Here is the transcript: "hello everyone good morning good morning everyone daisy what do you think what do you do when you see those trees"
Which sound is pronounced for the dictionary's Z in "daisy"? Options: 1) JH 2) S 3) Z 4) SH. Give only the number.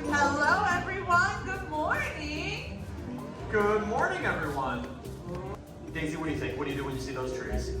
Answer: 3